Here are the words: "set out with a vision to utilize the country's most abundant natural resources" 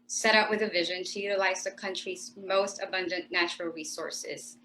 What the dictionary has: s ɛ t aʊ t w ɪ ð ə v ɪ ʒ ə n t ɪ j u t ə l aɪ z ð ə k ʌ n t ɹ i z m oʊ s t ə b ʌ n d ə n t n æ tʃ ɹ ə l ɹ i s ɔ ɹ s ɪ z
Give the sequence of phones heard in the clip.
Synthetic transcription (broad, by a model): s ɛ t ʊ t w ɪ ð ə v ɪ ʒ ə n t ɪ j u t ə l aɪ z ð ə k ʌ n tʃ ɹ i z m oʊ s t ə b ʌ n d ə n n æ tʃ ɹ l ɹ i s ɔ ɹ s ɪ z